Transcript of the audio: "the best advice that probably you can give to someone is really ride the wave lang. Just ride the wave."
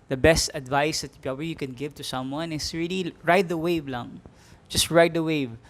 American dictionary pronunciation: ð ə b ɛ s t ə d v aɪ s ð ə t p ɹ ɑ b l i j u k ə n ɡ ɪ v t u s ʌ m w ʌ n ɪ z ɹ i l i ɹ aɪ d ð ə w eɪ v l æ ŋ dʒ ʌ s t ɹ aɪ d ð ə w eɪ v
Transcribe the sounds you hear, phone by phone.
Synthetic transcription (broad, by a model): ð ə b ɛ s t ə d v aɪ s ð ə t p ɑ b i j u k ə n ɡ ɪ v t u s ʌ m w ʌ n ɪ s ɹ i l i ɹ aɪ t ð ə w eɪ v l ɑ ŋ dʒ ʌ s t ɹ aɪ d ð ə w eɪ v